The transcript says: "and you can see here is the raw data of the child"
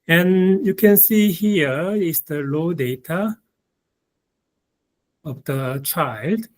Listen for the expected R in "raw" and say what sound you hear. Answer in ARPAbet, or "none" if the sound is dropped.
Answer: L